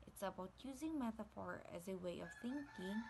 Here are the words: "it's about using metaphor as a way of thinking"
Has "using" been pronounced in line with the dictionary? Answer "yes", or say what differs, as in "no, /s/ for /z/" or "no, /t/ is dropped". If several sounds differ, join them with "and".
yes